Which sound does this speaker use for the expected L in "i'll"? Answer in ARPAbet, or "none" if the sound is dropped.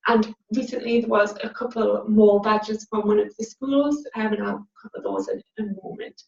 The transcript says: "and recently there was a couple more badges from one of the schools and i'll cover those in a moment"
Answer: N